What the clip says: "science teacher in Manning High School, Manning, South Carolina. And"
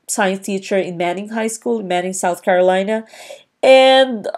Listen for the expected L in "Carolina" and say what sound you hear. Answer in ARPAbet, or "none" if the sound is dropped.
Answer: L